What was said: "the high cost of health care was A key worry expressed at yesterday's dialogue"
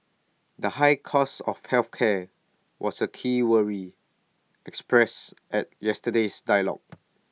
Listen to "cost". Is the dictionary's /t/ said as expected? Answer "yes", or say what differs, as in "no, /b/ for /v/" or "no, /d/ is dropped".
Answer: no, /t/ is dropped